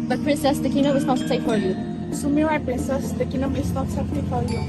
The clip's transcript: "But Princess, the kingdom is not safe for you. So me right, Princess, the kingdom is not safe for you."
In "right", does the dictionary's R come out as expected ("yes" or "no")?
no